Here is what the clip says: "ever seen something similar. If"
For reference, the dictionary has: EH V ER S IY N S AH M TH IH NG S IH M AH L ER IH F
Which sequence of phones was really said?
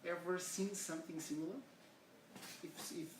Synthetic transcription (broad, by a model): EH V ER S IY N S AH M TH IH NG S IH M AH L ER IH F